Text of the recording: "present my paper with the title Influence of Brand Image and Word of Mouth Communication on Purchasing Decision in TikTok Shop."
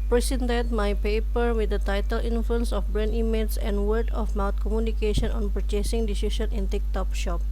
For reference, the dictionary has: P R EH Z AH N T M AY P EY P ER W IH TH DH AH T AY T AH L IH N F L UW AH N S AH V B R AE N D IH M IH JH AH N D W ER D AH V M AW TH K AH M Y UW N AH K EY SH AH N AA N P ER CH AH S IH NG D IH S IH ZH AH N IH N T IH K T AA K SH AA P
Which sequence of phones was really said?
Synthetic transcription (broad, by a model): P R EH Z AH N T M AY P EY P ER W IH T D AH T AY T AH L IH N F L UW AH N S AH F B R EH N IY M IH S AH N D W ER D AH F M AW T K AH M Y UW N AH K EY SH AH N AA N P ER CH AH S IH NG D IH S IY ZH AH N IH N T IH K T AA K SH AA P